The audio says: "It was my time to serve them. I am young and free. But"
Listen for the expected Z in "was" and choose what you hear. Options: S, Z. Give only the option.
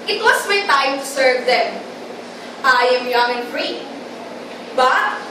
S